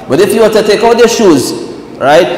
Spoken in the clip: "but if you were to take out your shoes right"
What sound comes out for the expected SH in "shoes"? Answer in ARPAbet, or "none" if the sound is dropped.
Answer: SH